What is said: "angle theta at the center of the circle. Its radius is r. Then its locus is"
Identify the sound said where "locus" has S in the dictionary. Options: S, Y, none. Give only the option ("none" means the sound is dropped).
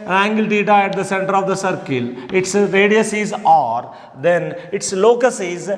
S